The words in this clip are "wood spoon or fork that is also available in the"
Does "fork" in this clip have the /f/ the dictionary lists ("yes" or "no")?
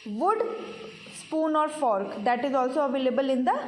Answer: yes